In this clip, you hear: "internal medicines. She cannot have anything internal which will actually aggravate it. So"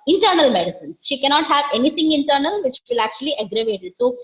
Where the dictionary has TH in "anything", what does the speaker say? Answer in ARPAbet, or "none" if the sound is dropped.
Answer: T